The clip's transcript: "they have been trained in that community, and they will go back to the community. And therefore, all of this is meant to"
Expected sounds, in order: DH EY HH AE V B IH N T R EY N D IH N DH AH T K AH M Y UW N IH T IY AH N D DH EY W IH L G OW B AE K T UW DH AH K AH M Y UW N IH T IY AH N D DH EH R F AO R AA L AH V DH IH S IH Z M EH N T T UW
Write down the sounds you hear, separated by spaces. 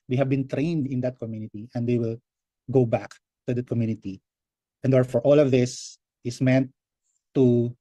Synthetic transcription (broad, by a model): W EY HH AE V B IH N T R EY N D IH N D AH T K AH M Y UW N IH T IY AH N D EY W IH L G OW B AE K T UW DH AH K AH M Y UW N IH T IY AH N D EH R F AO R AA L AH V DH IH S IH S M EH N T T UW